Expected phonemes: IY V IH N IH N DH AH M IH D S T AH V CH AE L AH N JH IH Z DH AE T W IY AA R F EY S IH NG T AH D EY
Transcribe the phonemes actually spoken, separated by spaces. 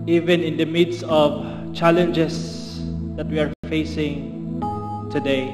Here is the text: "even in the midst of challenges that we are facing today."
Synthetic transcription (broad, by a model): IY V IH N IH N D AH M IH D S AH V CH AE L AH N JH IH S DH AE T W IY AA R F EY S IH NG T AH D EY